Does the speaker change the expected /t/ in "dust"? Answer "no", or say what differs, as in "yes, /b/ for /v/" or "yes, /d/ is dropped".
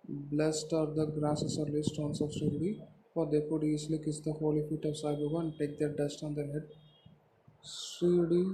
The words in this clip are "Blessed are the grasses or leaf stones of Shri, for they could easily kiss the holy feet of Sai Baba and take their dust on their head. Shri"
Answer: no